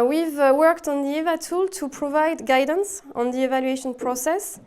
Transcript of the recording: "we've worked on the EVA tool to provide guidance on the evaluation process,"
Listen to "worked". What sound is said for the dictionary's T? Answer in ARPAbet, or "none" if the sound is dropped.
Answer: T